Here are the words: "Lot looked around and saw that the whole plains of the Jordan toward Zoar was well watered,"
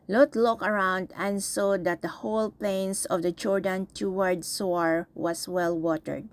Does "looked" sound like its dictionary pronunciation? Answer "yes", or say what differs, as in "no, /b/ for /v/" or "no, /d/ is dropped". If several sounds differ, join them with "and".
no, /t/ is dropped